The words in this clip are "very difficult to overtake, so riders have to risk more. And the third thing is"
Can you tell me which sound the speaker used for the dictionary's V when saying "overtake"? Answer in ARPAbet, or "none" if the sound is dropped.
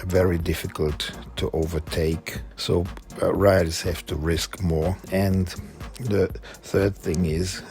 V